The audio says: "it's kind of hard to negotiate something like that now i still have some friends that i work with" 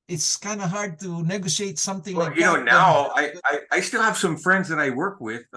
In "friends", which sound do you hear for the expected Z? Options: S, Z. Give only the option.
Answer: Z